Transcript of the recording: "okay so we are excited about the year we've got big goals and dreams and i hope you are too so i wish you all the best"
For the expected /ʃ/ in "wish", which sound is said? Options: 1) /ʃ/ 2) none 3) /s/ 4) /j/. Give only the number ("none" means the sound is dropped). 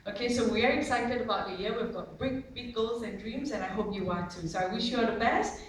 1